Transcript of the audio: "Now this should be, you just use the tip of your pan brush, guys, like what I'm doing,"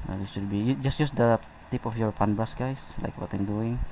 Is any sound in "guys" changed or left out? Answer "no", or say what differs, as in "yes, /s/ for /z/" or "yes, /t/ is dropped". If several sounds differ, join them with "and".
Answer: yes, /s/ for /z/